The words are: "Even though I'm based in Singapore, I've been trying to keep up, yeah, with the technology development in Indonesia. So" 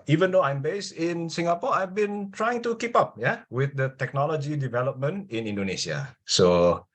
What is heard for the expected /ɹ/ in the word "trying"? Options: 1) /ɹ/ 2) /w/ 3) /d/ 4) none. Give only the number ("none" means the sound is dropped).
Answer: 1